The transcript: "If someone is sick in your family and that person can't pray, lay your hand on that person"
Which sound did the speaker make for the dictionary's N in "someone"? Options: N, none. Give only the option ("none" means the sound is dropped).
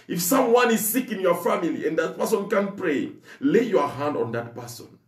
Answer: N